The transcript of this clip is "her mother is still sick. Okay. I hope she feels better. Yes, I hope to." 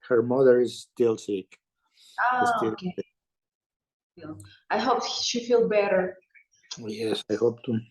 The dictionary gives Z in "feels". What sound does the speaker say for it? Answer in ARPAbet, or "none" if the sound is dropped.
none